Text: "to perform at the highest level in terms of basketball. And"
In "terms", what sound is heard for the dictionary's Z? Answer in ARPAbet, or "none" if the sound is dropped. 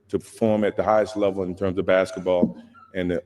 Z